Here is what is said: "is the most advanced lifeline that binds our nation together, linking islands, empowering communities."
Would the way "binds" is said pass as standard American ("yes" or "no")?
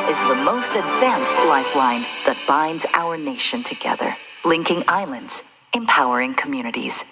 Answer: yes